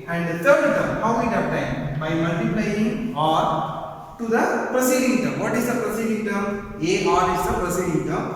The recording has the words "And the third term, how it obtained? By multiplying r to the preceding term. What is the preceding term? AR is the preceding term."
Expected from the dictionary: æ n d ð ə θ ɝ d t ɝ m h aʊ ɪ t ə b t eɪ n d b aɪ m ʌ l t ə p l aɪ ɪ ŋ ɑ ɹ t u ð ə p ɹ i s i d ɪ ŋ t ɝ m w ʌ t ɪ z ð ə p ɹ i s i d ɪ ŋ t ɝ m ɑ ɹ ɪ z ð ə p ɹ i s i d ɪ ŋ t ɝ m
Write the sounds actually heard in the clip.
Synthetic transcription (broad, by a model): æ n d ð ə t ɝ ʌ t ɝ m h aʊ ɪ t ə t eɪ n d b aɪ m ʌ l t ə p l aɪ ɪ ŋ ɑ ɹ t u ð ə p ɹ i s i d ɪ ŋ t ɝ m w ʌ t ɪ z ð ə p ɹ i s i d ɪ ŋ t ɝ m ɑ ɹ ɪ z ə p ɹ i s i d ɪ ŋ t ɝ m